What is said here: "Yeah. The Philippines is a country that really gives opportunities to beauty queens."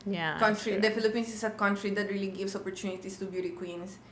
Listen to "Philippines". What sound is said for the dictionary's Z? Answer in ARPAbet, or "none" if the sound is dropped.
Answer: S